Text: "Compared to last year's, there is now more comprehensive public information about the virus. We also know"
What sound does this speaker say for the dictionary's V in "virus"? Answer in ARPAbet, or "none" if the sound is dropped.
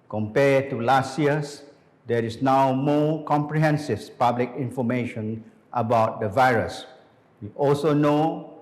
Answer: V